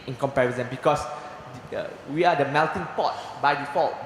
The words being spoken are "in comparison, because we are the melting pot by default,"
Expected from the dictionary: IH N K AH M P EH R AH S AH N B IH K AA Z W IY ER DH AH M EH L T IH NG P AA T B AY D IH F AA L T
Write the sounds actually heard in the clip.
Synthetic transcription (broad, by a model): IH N K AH M P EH W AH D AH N B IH K AA S W IY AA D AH M EH L T IH NG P AA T B AY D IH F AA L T